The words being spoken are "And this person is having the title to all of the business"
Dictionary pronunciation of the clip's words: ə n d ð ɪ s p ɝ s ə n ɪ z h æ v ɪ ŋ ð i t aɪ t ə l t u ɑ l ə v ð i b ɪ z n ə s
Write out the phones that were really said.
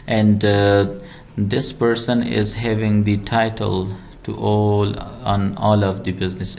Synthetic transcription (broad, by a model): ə n d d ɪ s p ɝ s ə n ɪ z h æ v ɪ ŋ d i t aɪ t ə l t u ɑ l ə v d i b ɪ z n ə s